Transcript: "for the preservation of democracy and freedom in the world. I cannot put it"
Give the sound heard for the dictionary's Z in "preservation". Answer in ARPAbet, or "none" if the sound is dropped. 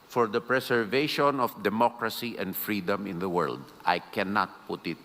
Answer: S